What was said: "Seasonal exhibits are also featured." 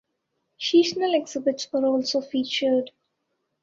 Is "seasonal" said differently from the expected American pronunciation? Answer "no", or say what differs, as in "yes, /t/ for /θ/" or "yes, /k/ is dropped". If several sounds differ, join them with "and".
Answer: yes, /ʃ/ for /s/